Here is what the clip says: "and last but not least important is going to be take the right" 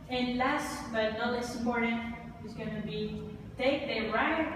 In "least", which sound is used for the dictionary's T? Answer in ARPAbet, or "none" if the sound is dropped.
none